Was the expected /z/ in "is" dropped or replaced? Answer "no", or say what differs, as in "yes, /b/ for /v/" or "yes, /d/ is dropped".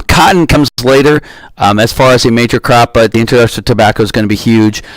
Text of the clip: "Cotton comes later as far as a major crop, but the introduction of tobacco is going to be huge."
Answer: no